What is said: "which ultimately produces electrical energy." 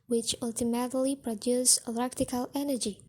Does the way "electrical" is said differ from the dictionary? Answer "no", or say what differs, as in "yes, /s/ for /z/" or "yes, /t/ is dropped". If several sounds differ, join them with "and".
yes, /ɹ/ is dropped